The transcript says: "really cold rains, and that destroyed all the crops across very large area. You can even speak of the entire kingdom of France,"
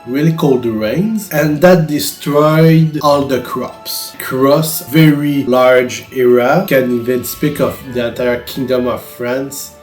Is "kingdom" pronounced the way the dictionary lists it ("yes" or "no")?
yes